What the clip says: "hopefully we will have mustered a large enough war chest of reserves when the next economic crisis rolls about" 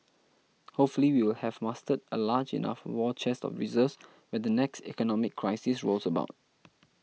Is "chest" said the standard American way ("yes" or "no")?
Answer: yes